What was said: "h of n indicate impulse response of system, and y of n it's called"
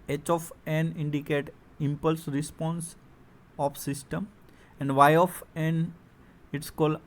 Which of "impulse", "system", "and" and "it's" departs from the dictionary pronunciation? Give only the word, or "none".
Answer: none